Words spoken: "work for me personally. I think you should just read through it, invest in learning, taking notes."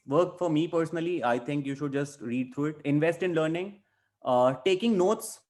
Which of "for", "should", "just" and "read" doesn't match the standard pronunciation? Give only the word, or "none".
none